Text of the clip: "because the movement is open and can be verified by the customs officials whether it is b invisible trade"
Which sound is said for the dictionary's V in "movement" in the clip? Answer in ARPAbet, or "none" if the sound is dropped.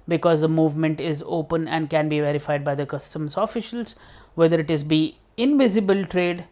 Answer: V